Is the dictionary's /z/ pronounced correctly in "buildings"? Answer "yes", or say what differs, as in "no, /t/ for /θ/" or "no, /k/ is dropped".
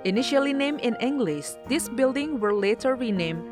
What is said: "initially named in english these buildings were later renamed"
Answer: no, /z/ is dropped